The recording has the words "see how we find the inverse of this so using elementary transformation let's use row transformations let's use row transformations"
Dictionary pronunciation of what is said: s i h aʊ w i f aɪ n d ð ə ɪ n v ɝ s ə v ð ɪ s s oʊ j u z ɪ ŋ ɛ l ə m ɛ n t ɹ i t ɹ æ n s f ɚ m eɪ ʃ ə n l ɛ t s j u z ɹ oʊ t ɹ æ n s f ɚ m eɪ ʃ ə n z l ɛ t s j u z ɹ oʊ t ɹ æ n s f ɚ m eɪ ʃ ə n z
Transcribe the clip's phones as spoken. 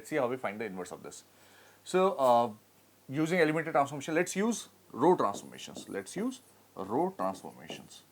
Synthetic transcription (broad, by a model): s i h aʊ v i f aɪ n d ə ɪ n v ɝ s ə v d ɪ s s oʊ j u z ɪ ŋ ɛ l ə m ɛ t i t ɹ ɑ n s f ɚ m eɪ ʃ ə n l ɛ t s j u z ɹ oʊ t ɹ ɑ n s f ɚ m eɪ ʃ ə n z l ɛ t s j u z ɹ oʊ t ɹ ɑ n s f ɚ m eɪ ʃ ə n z